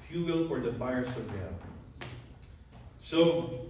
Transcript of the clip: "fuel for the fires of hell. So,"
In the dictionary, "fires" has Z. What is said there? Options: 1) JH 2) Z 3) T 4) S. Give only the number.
4